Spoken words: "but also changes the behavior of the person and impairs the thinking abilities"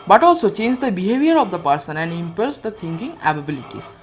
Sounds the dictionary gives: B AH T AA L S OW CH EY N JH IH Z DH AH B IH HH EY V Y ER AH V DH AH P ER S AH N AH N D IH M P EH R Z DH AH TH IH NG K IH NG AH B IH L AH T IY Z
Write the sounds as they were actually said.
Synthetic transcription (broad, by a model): B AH T AA L S OW CH EY N JH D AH B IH HH EY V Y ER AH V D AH P ER S AH N AH N D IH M P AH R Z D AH T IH NG K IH NG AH B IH L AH T IY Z